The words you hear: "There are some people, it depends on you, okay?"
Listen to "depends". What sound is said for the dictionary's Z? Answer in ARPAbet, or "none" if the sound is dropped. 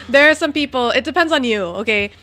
Z